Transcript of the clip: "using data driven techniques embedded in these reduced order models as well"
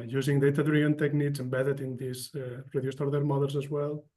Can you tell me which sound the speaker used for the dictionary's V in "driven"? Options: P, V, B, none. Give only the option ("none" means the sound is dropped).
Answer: none